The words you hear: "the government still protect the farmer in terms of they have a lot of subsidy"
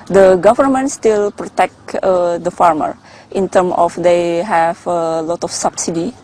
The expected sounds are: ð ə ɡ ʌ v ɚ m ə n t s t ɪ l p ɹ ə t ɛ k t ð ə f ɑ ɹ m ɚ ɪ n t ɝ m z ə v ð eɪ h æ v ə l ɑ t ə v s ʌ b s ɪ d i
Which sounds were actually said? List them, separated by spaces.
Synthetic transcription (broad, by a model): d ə ɡ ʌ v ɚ m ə n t s t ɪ l p ɹ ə t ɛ k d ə f ɑ ɹ m ɚ ɪ n t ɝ m ə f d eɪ h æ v ə l ɑ t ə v s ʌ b s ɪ d i